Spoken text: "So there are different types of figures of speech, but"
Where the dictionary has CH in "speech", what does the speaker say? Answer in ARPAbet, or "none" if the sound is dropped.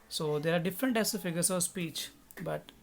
CH